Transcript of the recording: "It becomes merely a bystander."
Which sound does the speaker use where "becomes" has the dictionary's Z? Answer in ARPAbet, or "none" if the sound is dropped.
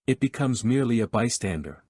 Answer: Z